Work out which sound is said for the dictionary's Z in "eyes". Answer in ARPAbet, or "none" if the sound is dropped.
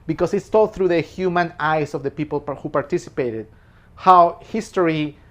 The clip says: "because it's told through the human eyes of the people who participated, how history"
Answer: S